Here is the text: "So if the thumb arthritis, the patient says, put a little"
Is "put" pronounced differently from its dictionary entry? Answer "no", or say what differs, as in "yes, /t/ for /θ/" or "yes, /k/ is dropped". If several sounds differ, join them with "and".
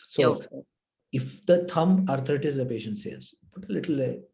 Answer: yes, /b/ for /p/